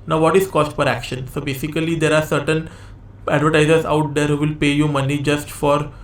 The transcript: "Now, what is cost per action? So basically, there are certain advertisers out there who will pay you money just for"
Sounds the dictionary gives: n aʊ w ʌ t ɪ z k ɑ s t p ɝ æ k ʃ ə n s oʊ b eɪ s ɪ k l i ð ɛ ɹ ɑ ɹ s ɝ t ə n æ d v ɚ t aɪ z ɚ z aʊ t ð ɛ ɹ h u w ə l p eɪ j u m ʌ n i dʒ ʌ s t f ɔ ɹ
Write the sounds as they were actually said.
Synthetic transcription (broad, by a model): n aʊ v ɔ t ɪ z k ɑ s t f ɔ æ k ʃ ə n s oʊ b eɪ s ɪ k l i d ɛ ɹ ɑ ɹ s ɝ t ə n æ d v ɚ t aɪ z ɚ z aʊ t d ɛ ɹ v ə l p eɪ j u m ʌ n i dʒ ʌ s t f ɔ ɹ